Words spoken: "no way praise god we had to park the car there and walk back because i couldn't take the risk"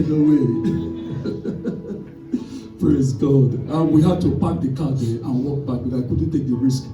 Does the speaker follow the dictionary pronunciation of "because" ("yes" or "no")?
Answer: no